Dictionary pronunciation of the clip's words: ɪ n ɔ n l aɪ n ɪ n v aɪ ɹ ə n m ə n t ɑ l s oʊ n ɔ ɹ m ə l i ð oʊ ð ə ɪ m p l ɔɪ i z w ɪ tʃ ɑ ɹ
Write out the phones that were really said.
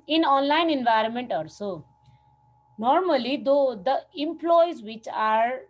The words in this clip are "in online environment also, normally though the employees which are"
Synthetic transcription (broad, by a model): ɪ n ɔ n l aɪ n ɪ n v aɪ ɹ ə n m ə n t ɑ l s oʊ n ɔ ɹ m ə l i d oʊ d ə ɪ m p l ɔɪ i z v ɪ tʃ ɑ ɹ